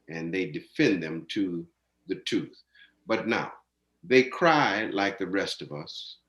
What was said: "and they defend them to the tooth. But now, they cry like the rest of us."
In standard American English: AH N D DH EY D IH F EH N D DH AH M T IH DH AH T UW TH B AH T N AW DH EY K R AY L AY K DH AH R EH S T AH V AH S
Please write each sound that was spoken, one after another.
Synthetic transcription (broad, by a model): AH N DH EY D IH F EH N DH AH M T IH DH AH T UW TH B AH T N AW DH EY K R AY L AY K DH AH R EH S T AH V AH S